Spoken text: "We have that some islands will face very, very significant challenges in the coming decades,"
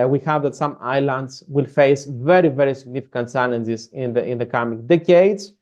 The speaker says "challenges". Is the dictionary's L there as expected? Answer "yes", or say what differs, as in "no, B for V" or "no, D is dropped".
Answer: no, N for L